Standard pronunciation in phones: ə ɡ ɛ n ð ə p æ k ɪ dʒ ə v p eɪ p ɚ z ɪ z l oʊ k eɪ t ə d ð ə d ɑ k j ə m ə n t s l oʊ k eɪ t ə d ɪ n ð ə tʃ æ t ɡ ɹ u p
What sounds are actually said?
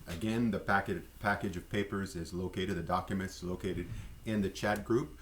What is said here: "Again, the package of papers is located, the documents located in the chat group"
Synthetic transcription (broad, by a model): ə ɡ ɛ n ð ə p æ k ɪ dʒ ə v p eɪ p ɚ z ɪ z l oʊ k eɪ t ə d ð ə d ɑ k j ə m ə n t s l oʊ k eɪ t ə d ɪ n ð ə tʃ æ t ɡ ɹ u p